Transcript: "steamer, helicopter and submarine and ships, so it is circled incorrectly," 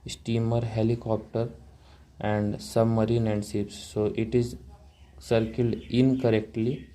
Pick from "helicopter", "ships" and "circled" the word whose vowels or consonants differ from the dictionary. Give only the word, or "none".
ships